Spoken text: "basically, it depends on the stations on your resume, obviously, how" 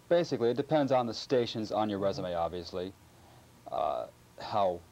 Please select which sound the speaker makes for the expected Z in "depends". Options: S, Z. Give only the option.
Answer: Z